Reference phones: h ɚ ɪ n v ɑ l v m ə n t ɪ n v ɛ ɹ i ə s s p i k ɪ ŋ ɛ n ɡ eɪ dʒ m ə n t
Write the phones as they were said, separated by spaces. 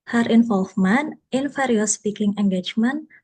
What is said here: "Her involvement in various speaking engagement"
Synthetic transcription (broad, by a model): h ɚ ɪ n f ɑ l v m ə n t ɪ n f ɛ ɹ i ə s s p i k ɪ ŋ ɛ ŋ ɡ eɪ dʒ m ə n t